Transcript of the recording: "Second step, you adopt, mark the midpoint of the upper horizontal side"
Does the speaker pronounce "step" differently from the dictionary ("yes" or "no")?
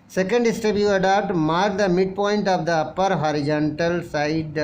yes